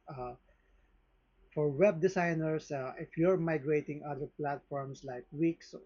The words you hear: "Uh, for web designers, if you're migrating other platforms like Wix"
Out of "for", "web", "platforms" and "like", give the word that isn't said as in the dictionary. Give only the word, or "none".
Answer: platforms